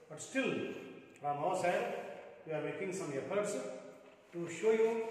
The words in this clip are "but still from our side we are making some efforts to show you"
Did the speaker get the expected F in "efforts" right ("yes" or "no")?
no